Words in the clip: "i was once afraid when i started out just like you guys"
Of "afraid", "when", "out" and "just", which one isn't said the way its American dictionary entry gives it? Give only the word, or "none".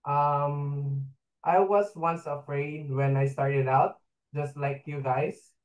none